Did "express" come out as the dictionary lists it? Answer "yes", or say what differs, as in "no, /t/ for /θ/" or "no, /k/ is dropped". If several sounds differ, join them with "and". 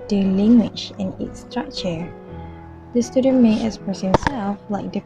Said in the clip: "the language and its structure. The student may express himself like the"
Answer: no, /k/ is dropped and /ɹ/ is dropped